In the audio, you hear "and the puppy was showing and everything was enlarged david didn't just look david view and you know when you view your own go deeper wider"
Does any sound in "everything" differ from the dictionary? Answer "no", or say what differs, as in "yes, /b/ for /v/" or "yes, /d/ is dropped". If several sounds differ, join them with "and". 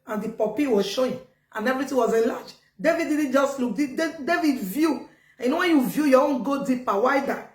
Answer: yes, /t/ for /θ/